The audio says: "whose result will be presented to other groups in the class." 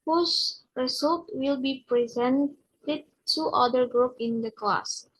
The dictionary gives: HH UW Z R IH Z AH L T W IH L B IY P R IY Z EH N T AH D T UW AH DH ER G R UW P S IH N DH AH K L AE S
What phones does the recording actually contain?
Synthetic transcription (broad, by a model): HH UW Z R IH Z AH L T W IH L B IY P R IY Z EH N T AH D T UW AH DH ER G R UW P IH N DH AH K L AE S